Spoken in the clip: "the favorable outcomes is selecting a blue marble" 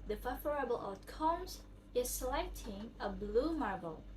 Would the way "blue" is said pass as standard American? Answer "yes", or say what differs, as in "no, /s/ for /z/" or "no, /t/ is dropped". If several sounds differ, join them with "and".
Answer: yes